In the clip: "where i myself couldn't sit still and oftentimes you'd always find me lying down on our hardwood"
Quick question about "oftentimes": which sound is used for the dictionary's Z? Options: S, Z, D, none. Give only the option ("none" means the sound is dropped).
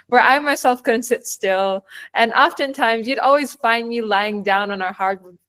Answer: Z